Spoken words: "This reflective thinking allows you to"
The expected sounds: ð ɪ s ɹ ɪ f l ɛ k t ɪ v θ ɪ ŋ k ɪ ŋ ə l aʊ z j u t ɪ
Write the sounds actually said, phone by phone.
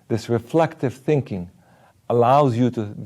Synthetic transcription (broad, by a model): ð ɪ s ɹ ɪ f l ɛ k t ɪ v θ ɪ ŋ k ɪ ŋ ə l aʊ z j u t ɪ